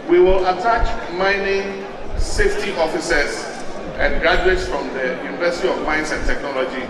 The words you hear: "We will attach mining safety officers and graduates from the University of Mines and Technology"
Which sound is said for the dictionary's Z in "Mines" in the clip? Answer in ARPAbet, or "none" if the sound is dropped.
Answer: S